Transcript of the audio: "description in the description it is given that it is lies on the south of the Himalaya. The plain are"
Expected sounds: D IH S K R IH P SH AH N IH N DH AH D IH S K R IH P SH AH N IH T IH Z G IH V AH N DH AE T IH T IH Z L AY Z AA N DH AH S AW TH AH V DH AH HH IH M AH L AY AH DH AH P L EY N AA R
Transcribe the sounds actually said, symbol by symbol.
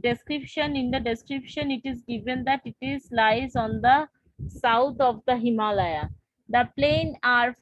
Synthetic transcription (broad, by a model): D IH S K R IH P SH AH N IH N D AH D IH S K R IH P SH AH N IH T IH Z G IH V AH N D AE T IH T IH Z L AY Z AA N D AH S AW T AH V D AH HH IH M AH L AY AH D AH P L EY N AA R